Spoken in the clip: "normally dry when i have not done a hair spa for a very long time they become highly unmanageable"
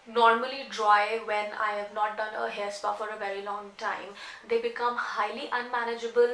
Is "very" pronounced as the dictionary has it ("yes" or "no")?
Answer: yes